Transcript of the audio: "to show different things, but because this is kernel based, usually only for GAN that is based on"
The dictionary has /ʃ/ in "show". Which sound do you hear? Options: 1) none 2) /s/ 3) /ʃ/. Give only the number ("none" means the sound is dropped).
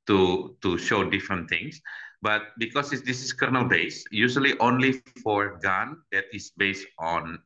3